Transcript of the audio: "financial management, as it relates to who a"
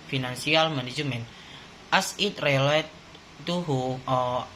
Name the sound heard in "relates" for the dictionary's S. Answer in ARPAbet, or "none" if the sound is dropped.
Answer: none